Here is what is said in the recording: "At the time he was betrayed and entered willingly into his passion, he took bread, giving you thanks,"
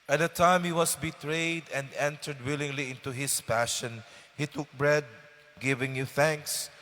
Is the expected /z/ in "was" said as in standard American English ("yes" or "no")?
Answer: no